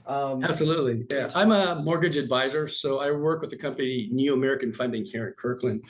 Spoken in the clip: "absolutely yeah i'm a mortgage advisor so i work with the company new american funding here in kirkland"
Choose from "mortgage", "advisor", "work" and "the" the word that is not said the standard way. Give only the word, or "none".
none